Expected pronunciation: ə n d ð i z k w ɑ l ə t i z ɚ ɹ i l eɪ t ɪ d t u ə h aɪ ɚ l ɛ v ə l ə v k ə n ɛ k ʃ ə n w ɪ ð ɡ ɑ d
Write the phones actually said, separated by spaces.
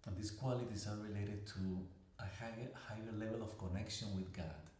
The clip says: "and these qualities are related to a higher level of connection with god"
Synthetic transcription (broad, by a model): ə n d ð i s k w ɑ l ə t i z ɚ ɹ i l eɪ t ɪ d t u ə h aɪ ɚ l ɛ v ə l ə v k ə n ɛ k ʃ ə n w ɪ ð ɡ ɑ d